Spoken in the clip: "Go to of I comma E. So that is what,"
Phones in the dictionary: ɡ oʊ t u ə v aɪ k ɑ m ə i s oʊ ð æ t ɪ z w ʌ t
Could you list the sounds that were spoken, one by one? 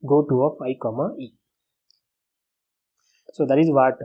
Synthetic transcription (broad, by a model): ɡ oʊ t u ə p aɪ k ɑ m ə i s oʊ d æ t ɪ z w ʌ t